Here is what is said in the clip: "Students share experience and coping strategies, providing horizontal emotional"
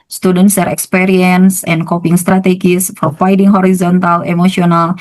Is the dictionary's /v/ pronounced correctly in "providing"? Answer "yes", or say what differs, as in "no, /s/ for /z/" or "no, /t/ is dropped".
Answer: no, /f/ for /v/